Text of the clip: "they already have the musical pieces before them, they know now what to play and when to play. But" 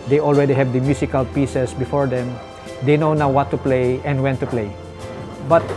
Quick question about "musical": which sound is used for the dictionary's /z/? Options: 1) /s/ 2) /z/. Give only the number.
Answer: 1